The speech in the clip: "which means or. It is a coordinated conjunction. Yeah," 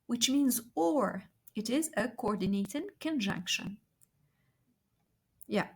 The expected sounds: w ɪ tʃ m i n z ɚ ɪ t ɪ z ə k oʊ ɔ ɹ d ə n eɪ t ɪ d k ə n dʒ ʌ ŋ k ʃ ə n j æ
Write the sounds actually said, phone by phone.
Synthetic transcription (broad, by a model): w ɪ tʃ m i n z ɚ ɪ t ɪ z ə k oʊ ɔ ɹ d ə n eɪ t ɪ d k ə n dʒ ʌ ŋ k ʃ ə n j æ